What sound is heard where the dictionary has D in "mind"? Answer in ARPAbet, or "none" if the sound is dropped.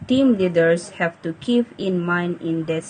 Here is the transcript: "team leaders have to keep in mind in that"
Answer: none